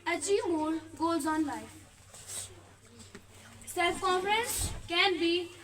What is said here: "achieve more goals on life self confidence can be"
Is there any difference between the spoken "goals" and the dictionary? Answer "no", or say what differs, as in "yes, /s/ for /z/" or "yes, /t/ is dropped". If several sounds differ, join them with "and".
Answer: yes, /l/ is dropped